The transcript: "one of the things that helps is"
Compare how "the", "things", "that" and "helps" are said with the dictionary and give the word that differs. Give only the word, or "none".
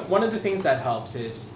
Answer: none